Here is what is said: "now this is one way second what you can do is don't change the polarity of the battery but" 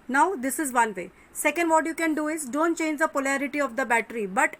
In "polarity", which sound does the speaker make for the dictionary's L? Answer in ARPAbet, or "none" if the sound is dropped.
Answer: L